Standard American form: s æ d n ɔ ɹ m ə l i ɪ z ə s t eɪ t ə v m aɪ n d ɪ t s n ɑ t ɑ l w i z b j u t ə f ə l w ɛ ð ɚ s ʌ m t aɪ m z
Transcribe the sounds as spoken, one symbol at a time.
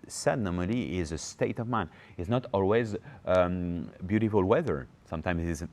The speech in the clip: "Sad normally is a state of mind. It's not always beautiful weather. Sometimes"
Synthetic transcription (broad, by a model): s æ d n ɔ ɹ m ə l i ɪ z ə s t eɪ t ə v m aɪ n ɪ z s n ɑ t ɑ l w i z b j u t ə f ə l w ɛ ð ɚ s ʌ m t aɪ m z